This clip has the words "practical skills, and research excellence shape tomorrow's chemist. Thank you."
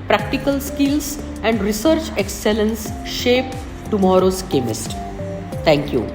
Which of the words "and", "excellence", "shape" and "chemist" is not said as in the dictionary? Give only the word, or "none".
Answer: none